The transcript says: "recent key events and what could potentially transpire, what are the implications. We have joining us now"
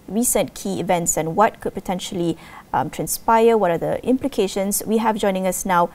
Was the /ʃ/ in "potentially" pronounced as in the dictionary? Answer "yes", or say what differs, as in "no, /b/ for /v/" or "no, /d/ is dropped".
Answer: yes